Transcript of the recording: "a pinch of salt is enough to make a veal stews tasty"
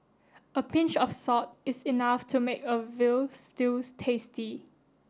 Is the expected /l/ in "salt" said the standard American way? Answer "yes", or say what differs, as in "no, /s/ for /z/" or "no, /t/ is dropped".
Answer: no, /l/ is dropped